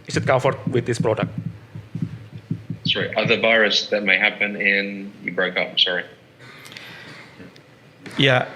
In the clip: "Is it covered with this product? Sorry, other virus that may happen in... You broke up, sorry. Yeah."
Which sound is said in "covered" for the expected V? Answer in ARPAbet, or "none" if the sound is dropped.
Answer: F